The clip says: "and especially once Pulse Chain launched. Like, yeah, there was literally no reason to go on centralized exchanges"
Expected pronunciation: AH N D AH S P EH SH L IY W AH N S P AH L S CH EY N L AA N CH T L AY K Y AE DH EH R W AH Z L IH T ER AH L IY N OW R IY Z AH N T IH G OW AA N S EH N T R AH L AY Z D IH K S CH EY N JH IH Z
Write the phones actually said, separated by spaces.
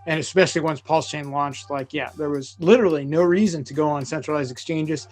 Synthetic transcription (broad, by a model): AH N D AH S P EH SH L IY W AH N S P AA L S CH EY N L AA N CH T L AY K Y AE DH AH R W AH Z L IH T ER L IY N OW R IY Z AH N T IH G OW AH N S EH N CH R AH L AY Z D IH K S CH EY N JH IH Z